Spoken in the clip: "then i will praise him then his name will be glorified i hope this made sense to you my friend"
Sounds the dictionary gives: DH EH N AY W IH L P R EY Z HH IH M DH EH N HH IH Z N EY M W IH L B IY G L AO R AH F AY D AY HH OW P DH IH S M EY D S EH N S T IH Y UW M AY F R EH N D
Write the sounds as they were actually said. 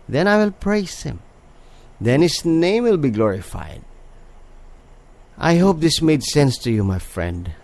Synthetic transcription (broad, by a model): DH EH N AY W IH L P R EY S HH IH M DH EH N HH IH S N EY M W IH L B IY G L AO R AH F AY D AY HH OW P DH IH S M EY D S EH N S T IH Y UW M AY F R EH N D